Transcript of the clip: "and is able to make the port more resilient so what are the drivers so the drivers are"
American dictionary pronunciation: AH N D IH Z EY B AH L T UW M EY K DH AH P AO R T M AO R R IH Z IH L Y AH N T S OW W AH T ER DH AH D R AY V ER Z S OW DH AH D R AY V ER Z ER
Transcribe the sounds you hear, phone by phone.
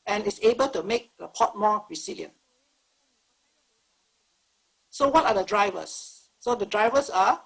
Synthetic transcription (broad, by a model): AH N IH S EY B AH L T UW M EY K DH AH P AO T M AO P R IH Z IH L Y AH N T S OW W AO T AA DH AH D R AY V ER S OW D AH D R AY V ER S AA